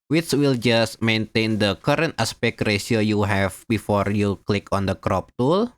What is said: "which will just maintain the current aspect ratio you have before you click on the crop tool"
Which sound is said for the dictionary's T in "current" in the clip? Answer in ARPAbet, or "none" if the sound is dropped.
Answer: T